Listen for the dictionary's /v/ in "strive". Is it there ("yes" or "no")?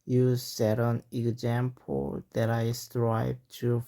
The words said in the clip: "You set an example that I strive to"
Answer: no